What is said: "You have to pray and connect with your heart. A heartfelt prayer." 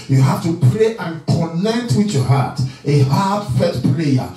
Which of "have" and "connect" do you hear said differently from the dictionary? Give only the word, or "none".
have